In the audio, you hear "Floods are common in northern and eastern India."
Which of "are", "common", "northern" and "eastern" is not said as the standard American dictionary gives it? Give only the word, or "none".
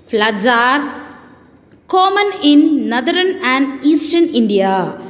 northern